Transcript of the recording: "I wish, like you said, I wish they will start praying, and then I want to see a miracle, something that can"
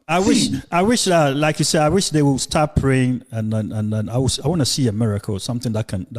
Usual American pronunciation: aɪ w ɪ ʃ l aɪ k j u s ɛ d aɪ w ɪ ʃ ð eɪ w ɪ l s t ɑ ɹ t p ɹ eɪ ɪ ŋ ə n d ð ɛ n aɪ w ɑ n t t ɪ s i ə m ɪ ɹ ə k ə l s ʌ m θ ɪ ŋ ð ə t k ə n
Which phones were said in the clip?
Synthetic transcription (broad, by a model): aɪ w ɪ ʃ l aɪ k j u s ɛ d aɪ w ɪ ʃ ð eɪ w ɪ l s t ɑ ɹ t p ɹ eɪ ɪ ŋ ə n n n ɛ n aɪ w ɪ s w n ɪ s i ə m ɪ ɹ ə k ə l s ʌ m θ ɪ ŋ ð ə t k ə n